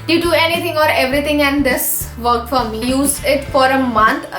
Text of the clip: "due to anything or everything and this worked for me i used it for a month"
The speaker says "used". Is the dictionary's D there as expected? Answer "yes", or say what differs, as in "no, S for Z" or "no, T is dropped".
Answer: no, D is dropped